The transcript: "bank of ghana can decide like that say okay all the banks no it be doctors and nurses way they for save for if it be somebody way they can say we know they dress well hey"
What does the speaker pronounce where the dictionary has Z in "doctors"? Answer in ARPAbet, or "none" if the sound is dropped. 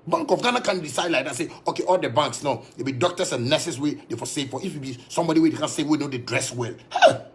S